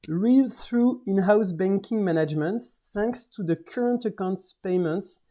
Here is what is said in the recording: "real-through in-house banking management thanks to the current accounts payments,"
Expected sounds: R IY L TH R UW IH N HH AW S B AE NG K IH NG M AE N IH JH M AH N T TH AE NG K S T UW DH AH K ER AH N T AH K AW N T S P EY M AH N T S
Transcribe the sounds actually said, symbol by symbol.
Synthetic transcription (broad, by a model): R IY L TH R UW IH N HH AW S B AE NG K IH NG M AE N IH JH M AH N T S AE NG K S T UW DH AH K ER AH N T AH K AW N T S P EY M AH N T S